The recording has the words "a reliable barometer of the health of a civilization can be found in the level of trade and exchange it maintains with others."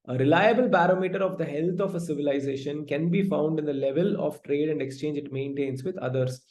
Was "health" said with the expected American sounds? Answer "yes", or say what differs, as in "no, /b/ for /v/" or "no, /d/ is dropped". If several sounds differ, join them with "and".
no, /t/ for /θ/